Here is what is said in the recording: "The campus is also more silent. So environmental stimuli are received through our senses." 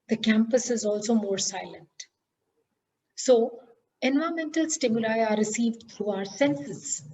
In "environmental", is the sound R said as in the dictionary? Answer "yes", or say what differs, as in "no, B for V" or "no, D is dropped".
no, R is dropped